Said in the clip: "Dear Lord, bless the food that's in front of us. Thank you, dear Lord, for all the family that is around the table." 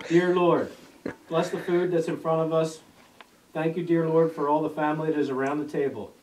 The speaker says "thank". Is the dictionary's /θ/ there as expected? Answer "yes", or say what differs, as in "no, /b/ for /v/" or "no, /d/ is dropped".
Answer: yes